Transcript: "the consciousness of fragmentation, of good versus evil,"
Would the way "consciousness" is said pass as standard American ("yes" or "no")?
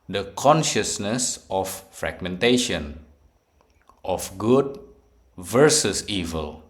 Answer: yes